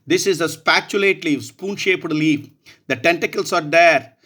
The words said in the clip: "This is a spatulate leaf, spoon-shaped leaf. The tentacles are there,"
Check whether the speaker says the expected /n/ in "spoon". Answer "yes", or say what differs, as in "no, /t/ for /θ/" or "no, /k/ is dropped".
yes